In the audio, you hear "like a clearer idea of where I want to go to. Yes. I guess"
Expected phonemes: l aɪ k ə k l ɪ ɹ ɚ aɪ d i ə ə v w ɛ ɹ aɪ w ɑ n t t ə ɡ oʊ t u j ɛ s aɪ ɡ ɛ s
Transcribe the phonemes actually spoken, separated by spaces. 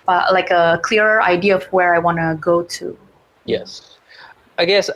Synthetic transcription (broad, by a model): l aɪ k ə k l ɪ ɹ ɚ aɪ d i ə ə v w ɛ ɹ aɪ w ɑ n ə ɡ oʊ t u j ɛ s aɪ ɡ ɛ s